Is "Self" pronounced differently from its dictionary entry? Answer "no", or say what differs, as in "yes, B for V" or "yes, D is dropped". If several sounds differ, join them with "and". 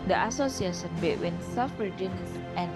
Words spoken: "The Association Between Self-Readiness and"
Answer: yes, L is dropped